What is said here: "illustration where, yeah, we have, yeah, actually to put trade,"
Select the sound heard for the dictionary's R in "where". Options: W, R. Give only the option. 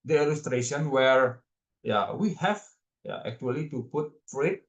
R